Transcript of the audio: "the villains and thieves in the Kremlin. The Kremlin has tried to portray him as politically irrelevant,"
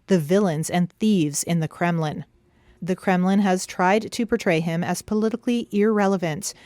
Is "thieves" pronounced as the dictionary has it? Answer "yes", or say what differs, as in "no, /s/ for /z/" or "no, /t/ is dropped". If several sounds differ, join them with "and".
yes